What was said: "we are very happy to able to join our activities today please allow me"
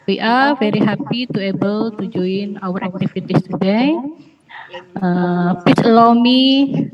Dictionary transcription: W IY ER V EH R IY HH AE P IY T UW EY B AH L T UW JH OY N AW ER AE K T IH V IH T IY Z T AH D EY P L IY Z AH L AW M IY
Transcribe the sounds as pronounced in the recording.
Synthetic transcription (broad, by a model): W IY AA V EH R IY HH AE P IY T UW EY B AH L T UW JH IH N AW ER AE K T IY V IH T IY S T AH D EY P IY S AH L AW M IY